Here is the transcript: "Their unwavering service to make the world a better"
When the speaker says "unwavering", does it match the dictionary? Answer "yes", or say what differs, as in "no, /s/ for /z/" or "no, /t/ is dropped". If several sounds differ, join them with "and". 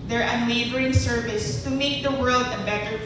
no, /b/ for /v/